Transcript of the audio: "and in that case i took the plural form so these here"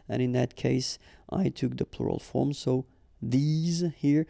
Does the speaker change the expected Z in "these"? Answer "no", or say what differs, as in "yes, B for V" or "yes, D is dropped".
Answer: no